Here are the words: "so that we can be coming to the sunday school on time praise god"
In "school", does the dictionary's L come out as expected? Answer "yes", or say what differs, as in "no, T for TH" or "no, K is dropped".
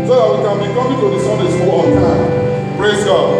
no, W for L